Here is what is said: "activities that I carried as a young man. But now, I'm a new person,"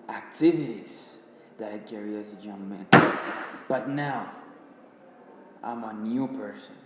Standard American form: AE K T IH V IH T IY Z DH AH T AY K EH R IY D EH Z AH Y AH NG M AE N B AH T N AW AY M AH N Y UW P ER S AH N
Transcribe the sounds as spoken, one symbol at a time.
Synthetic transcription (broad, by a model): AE K T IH V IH T IY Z DH AH T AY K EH R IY AH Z AH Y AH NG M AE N B AH T N AW AY M AH N Y UW P ER S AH N